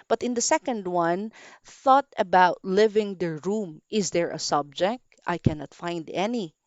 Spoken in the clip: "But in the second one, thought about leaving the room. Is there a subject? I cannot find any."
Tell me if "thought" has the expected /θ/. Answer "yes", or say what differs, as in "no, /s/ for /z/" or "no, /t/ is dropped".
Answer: yes